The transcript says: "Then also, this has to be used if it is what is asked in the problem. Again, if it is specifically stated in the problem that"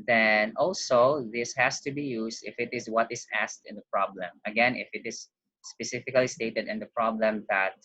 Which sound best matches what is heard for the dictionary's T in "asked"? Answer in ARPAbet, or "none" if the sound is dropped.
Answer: T